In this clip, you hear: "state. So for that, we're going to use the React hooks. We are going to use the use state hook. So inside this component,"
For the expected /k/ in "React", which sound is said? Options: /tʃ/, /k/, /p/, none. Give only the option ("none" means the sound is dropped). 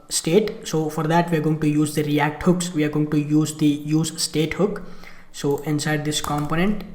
/k/